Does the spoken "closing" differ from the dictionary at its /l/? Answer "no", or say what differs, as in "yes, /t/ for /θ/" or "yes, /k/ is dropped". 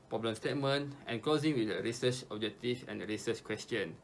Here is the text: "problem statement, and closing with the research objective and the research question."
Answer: yes, /l/ is dropped